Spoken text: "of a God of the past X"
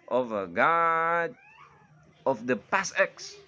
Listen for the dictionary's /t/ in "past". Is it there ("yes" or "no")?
no